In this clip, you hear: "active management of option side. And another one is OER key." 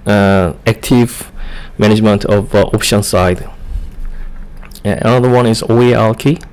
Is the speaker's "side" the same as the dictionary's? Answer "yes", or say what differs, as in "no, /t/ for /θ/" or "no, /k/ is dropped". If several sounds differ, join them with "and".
no, /d/ is dropped